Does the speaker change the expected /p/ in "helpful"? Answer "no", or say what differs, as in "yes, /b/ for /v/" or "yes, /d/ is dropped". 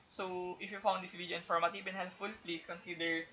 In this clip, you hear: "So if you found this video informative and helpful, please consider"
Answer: yes, /p/ is dropped